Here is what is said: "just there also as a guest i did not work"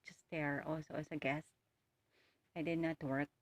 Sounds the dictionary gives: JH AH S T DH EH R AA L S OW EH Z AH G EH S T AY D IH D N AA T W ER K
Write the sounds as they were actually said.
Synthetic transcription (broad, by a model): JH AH S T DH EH R AA L S OW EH S AH G EH S T AY D IH D N AA T W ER K